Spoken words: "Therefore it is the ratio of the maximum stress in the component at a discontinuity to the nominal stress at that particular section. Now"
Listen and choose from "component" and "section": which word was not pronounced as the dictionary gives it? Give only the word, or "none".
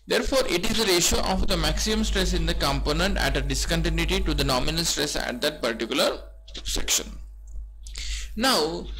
none